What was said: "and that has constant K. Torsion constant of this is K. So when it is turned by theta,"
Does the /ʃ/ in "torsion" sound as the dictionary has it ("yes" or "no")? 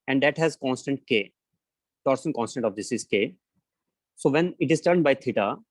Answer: no